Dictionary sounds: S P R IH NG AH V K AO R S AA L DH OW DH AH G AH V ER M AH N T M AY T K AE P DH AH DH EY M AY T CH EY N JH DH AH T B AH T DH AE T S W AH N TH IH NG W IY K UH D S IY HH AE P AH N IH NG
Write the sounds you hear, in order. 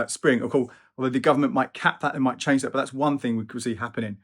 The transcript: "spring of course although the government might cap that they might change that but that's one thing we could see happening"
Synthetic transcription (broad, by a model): S P R IH NG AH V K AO AA L DH OW DH AH G AH V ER M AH N M AY T K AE P DH AH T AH M AY T CH EY N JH DH AH T B AH T DH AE T S W AH N TH IH NG W IY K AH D S IY HH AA P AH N IH NG